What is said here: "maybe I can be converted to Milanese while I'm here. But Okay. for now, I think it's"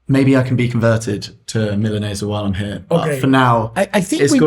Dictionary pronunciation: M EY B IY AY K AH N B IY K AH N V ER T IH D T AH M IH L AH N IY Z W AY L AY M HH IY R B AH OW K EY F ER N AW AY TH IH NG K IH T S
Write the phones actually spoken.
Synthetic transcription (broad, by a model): M EY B IY AY K AH N B IY K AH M V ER T IH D T AH M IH L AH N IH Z W AY L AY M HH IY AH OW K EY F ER N AW AY TH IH NG IH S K